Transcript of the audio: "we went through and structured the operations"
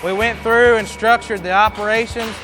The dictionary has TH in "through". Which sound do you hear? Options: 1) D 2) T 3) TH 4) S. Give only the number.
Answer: 3